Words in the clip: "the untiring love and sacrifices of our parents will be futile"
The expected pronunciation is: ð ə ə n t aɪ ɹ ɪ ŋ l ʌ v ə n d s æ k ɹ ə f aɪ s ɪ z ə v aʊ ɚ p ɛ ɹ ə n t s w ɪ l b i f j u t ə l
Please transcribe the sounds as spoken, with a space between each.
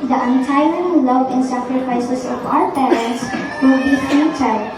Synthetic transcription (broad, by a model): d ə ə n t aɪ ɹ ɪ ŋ l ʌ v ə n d s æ k ɹ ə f aɪ s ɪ s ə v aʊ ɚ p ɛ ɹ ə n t s w ɪ l b i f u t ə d